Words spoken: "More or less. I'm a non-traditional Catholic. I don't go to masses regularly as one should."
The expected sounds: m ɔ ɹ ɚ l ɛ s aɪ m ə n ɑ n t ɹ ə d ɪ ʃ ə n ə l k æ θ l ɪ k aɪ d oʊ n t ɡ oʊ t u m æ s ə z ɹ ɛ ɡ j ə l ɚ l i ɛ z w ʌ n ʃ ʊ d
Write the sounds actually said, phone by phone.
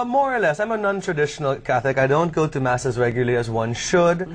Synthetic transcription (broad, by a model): m ɔ ɹ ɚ l ɛ s aɪ m ə n ɑ n t ɹ ə d ɪ ʃ ə n ə l k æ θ ɪ k aɪ d oʊ n t ɡ oʊ t u m æ s ə z ɹ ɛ ɡ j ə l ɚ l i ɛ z w ʌ n ʃ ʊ d